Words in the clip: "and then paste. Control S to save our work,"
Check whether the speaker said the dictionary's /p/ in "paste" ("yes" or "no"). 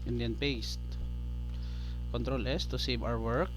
yes